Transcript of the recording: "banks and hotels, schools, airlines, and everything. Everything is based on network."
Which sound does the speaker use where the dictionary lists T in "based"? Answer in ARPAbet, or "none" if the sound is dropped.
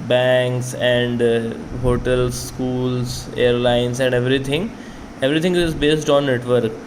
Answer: T